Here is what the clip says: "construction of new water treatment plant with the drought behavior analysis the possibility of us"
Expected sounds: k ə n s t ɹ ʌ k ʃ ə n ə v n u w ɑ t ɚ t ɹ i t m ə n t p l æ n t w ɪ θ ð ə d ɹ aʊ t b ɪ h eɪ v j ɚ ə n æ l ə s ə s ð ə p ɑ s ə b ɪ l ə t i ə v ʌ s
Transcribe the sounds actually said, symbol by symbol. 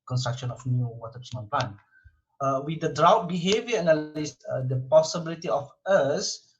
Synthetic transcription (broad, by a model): k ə n s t ɹ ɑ k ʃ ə n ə f n u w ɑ t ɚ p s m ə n p l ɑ n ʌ w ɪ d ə d ɹ aʊ t b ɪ h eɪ v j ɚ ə n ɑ l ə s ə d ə p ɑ s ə b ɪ l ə t i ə f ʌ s